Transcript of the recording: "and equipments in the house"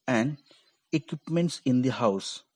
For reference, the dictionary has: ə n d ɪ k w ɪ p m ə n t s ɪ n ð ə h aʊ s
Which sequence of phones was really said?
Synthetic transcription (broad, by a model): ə n d ɪ k w ɪ p m ə n t s ɪ n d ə h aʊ s